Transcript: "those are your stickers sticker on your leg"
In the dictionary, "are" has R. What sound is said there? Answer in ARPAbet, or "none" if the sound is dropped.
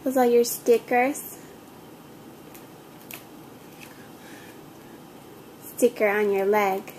L